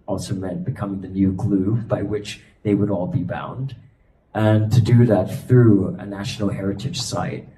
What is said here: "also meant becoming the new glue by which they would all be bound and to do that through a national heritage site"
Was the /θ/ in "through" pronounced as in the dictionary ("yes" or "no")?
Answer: yes